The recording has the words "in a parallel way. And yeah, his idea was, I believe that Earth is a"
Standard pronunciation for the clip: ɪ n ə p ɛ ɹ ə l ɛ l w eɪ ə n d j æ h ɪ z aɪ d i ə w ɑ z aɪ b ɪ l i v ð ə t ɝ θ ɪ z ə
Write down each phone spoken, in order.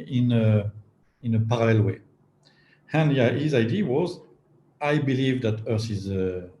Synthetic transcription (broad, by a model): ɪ n ə p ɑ ɹ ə l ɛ l w eɪ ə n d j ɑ h ɪ z aɪ d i w ɑ z aɪ b ɪ l i v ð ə t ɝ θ ɪ z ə